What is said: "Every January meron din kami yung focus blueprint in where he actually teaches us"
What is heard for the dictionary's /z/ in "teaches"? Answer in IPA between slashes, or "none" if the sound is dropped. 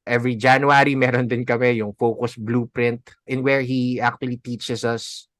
/s/